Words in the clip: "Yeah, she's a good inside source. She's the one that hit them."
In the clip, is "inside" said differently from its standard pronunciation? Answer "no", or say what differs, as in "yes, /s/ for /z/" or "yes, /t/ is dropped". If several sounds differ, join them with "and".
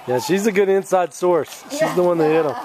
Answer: no